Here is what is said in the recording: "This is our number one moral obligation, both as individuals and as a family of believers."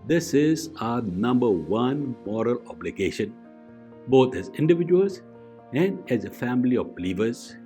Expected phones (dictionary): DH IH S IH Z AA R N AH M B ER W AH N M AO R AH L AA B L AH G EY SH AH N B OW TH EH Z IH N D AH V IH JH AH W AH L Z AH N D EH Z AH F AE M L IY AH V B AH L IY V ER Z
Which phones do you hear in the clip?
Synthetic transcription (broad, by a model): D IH S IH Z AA N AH M B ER W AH N M AO R AH L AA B L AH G EY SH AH N B OW T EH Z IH N D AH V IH JH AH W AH L S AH N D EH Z AH F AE M L IY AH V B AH L IY V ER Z